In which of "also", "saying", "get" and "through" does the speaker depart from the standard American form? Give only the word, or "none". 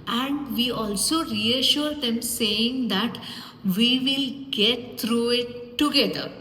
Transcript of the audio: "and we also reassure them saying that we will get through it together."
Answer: through